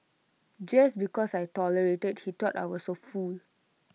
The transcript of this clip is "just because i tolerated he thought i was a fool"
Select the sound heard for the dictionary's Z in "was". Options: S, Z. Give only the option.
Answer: S